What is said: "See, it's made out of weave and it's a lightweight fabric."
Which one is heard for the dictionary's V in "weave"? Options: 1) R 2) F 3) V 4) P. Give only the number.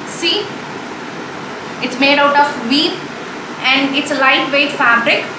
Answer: 4